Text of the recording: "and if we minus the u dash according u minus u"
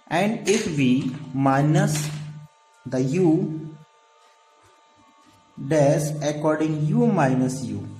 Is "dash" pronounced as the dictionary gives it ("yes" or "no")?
no